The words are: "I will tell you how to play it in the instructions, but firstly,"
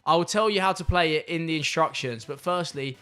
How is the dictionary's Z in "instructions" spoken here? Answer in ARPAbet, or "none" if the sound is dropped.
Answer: Z